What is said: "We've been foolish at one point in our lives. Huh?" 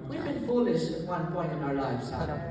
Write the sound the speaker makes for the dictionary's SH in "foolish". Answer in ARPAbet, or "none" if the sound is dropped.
S